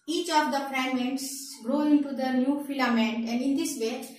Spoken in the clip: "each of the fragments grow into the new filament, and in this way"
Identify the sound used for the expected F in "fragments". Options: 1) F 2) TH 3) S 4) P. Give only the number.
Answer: 4